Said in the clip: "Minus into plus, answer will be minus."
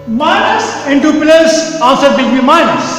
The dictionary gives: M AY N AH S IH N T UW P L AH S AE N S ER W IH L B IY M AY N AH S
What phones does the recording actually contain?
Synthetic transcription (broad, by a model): M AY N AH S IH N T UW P L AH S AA S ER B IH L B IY M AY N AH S